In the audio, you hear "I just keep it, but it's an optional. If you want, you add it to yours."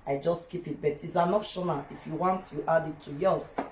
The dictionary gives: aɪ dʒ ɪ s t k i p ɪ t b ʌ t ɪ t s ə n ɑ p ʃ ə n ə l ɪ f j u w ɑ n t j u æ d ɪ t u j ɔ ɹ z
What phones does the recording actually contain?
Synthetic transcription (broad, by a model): aɪ dʒ ɪ s t k i p ɪ t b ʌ t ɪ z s ə n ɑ f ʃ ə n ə ɪ f j u w ɑ n t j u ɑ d ɪ t u j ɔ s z